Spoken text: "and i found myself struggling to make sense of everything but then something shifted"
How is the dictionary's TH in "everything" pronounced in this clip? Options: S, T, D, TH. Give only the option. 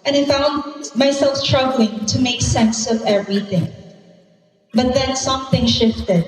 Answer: TH